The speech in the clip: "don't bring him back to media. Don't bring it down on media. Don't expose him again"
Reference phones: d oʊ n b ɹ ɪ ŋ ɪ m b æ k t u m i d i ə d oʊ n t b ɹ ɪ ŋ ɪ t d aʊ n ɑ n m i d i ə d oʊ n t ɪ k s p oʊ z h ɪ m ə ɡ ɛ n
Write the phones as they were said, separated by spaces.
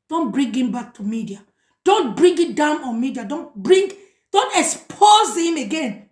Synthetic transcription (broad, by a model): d oʊ n b ɹ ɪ ŋ ɪ m b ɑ k t u m i d i ə d oʊ n t b ɹ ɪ ŋ ɪ t d aʊ n ɑ n m i d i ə d oʊ n t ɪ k s p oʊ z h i m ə ɡ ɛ n